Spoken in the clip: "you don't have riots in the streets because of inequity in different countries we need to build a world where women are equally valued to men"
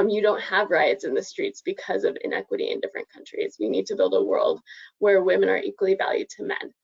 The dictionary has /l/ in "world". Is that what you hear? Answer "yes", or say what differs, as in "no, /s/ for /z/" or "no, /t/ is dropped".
yes